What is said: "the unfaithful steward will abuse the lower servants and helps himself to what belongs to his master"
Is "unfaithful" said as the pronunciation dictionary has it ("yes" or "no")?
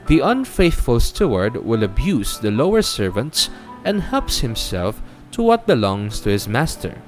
yes